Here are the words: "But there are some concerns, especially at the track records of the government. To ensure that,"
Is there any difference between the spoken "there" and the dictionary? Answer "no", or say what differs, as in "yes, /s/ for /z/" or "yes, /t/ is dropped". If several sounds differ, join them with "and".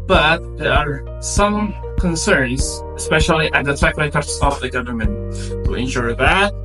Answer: no